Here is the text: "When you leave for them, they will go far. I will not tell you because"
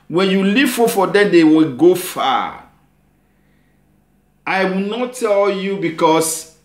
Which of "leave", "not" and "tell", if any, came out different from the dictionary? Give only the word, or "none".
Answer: leave